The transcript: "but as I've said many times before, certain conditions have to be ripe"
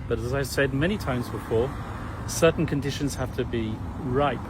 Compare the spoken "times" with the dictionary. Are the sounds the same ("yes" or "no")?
yes